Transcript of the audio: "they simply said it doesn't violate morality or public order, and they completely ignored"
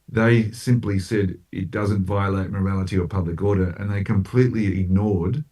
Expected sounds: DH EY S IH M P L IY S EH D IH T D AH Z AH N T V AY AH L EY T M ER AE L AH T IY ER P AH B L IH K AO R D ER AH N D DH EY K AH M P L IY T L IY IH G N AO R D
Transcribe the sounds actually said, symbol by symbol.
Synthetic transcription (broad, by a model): DH EY S IH M P L IY S EH D IH T D AH Z AH N T V AY AH L EY T M ER AE L AH T IY ER P AH B L IH K AO R D ER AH N DH EY K AH M P L IY T L IY IH G N AO R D